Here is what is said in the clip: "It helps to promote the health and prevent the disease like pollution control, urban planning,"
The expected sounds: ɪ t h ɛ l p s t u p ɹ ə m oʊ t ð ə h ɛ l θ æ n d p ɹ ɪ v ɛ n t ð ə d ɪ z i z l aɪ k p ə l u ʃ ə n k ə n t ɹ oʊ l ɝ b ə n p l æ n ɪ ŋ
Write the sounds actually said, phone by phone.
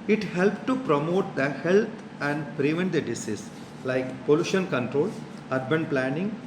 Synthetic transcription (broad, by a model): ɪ t h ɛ l p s t u p ɹ ə m oʊ t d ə h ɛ l t æ n d p ɹ ɪ v ɛ n t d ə d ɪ s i s l aɪ k p ə l u ʃ ə n k ə n t ɹ oʊ l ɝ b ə n p l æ n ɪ ŋ